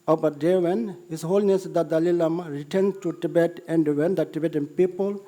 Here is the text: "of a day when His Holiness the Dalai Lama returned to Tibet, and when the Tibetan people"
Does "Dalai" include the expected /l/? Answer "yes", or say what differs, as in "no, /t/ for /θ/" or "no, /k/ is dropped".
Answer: yes